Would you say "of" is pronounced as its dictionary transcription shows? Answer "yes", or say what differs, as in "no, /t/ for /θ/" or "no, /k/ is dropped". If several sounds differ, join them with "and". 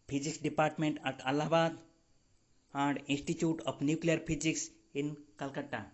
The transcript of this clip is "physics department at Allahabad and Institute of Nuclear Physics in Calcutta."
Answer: no, /p/ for /v/